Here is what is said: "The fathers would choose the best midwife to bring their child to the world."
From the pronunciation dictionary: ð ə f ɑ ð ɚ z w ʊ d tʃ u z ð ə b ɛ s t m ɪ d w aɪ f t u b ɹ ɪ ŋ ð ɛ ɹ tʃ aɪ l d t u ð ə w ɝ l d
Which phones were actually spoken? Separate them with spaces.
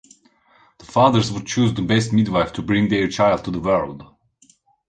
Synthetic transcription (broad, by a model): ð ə f ɑ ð ɚ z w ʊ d tʃ u z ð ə b ɛ s t m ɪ d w aɪ f t u b ɹ ɪ ŋ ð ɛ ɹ tʃ aɪ l d t u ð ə w ɝ l d